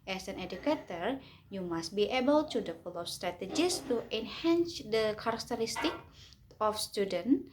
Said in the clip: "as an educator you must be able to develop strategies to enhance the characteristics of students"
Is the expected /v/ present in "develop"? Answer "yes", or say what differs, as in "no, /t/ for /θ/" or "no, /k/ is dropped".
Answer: no, /p/ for /v/